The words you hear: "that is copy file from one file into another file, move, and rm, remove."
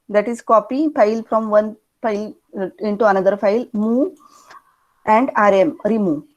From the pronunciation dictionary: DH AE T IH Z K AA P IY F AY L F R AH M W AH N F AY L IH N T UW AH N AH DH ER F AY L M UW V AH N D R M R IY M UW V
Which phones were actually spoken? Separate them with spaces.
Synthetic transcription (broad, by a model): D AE T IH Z K AA P IY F AY L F R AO M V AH N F AY L IH N T UW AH N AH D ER F AY L M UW AH N D R M R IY M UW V